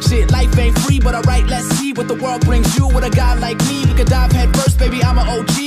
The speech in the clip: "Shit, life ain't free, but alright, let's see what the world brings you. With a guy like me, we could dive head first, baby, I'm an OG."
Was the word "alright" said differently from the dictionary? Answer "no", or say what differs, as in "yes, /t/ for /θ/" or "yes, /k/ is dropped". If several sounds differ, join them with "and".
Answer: yes, /l/ is dropped